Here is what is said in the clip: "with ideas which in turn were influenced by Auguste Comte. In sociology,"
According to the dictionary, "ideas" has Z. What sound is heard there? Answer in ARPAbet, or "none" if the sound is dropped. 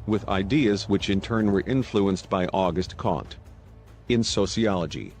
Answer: Z